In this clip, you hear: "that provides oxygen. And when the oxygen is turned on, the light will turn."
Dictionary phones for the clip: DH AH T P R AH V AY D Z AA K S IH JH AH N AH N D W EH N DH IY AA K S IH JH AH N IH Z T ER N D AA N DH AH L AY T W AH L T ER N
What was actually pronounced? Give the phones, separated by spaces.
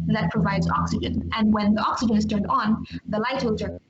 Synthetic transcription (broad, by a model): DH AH T P R AH V AY D Z AA K S IH JH AH N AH N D W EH N DH IY AA K S IH JH AH N IH Z T ER N D N DH AH L AY T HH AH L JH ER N